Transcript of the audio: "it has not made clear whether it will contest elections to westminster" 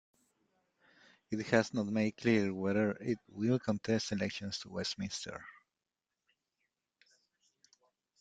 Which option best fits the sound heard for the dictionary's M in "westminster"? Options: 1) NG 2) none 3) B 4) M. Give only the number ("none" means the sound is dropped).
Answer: 4